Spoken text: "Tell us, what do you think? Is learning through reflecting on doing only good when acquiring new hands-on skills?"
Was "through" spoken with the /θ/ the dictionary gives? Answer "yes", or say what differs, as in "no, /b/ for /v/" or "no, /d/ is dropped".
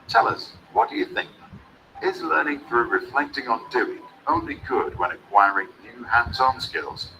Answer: yes